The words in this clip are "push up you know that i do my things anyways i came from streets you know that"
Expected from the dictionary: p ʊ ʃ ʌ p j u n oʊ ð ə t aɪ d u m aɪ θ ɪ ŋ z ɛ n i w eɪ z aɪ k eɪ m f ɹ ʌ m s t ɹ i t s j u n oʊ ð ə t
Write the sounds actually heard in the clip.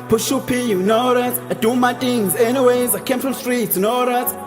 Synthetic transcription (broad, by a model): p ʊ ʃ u p j u n oʊ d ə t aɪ d u m aɪ t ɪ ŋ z ɛ n i w eɪ z aɪ k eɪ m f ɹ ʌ m s t ɹ i t s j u n oʊ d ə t